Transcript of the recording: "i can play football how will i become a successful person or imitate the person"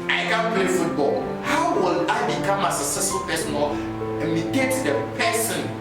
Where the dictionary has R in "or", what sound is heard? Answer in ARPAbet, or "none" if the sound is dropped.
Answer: L